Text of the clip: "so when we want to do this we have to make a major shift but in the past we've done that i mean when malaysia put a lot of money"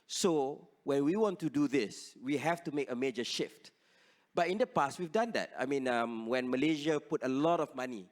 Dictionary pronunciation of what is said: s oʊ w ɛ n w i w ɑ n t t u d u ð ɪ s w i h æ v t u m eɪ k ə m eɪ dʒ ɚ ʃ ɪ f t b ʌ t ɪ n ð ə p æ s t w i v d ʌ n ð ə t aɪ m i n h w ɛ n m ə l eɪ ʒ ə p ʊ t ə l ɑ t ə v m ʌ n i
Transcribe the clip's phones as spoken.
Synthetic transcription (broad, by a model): s oʊ w ɛ n w i w ɑ n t t u d u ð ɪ s w i h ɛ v t u m eɪ k ə m eɪ dʒ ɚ ʃ ɪ f t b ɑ t ɪ n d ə p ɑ s t w i v d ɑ n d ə t aɪ m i n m w ɛ n m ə l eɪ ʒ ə p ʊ t ə l ɑ t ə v m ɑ n i